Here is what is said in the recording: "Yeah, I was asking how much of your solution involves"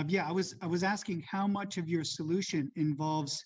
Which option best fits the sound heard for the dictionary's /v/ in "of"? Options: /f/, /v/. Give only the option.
/v/